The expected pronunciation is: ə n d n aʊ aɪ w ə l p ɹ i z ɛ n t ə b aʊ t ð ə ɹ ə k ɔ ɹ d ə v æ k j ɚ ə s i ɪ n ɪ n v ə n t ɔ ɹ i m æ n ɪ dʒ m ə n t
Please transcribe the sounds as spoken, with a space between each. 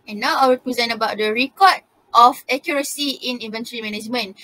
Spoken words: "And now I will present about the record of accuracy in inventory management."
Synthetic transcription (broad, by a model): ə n n aʊ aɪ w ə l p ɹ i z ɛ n ə b aʊ t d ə ɹ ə k ɔ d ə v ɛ k j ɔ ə s i ɪ n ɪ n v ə n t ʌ ɹ i m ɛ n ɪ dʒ m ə n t